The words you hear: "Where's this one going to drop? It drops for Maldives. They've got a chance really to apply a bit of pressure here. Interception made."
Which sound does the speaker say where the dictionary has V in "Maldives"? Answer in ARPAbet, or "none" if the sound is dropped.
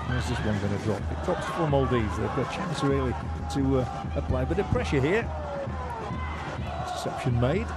none